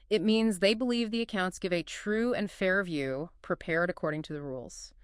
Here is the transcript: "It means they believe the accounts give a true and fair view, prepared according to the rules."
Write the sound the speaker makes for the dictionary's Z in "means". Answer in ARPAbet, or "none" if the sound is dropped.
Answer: Z